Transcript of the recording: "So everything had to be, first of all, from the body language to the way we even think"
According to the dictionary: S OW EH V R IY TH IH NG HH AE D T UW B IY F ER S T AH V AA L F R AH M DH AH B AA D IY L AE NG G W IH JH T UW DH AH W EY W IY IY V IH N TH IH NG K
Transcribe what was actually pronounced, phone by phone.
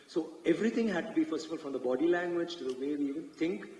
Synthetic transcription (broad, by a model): S OW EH V R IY T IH NG HH AE D T UW B IY F ER S T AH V AA L F R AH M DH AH B AA D IY L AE NG G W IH JH T UW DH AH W EY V IY IY V IH N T IH NG K